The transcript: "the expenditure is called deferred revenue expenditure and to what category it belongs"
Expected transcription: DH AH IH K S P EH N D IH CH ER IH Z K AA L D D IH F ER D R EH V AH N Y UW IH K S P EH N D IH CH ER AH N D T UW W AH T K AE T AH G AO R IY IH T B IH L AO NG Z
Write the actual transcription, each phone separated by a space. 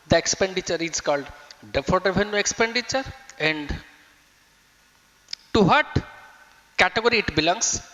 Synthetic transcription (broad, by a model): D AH IH K S P EH N D IH CH ER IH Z K AA L D D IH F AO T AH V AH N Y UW IH K S P EH N D IH CH ER AH N D T UW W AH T K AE T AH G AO R IY T B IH L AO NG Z